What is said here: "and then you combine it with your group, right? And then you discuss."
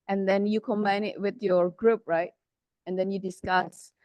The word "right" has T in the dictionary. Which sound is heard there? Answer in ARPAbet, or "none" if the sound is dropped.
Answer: T